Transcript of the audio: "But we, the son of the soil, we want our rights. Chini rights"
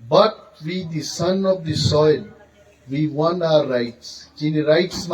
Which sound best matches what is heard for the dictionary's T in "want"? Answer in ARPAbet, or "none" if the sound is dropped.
none